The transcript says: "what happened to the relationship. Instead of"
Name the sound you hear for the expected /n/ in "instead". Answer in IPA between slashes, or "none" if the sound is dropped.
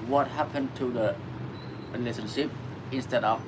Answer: /n/